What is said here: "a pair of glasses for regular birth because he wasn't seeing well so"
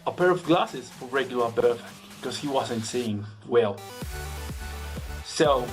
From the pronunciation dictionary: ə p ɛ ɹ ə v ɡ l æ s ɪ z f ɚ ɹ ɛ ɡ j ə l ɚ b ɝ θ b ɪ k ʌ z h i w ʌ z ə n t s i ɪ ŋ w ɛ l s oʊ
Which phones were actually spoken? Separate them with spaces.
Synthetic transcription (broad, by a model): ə p ɛ ɹ ə v ɡ l æ s ɪ z f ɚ ɹ ɛ ɡ j l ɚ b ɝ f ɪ k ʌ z h i w ʌ z ə n t s i ɪ ŋ w ɛ l s oʊ